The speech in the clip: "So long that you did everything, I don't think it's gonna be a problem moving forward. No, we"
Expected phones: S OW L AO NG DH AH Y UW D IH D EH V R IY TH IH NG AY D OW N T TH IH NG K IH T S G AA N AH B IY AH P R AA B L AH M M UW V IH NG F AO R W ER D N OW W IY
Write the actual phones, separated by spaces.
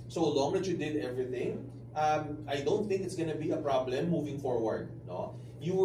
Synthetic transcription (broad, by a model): S OW L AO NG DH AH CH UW D IH D EH V R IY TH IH NG AY D OW N T TH IH NG K IH T S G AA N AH B IY AH P R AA B L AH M M UW V IH NG F AO R W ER D N OW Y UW